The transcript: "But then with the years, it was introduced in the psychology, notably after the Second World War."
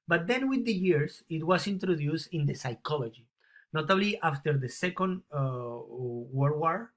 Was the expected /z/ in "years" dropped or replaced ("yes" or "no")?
yes